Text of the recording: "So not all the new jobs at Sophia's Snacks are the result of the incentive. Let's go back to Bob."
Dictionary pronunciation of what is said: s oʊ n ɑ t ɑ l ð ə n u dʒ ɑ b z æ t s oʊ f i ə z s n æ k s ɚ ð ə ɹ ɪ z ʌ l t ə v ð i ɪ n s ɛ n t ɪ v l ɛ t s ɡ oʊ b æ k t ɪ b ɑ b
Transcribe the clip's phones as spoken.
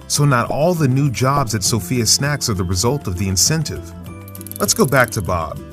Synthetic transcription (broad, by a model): s oʊ n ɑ t ɑ l ð ə n u dʒ ɑ b z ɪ t s oʊ f i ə s n æ k s ɚ ð ə ɹ ɪ z ʌ l t ə v ð i ɪ n s ɛ n t ɪ v l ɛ t s ɡ oʊ b æ k t ɪ b ɑ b